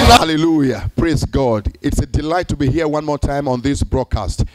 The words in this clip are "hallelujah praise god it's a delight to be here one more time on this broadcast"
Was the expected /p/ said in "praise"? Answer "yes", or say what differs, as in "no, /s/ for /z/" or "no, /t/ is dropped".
yes